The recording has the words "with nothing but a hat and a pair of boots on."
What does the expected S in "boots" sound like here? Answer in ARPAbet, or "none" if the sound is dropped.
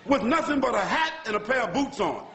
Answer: S